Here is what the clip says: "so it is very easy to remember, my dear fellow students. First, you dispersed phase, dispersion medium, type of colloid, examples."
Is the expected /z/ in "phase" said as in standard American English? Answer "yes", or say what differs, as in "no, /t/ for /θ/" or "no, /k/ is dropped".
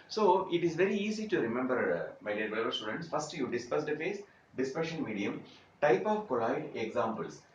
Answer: no, /s/ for /z/